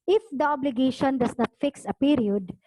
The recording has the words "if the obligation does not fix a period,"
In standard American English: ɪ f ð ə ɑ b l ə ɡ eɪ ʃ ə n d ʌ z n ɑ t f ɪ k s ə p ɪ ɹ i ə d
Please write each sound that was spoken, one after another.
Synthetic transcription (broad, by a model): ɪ f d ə ɑ b l ə ɡ eɪ ʃ ə n d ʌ s n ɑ t f ɪ k s ə p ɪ ɹ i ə d